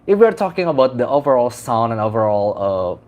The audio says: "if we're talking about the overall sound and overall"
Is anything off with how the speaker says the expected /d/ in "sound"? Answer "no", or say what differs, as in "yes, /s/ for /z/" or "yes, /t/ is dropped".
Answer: yes, /d/ is dropped